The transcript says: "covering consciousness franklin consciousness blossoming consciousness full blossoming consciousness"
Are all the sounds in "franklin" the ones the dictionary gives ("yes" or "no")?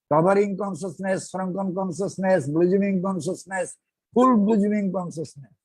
no